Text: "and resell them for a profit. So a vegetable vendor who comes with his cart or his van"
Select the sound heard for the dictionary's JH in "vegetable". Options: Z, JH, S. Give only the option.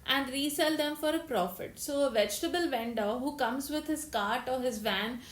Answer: JH